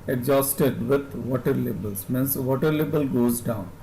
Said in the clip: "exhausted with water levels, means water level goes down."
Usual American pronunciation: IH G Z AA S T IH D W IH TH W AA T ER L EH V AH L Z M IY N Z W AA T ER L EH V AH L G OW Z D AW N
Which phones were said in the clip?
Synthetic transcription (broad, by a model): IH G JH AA S T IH D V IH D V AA T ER L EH B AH L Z M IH N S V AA T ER L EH B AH L G OW Z D AW N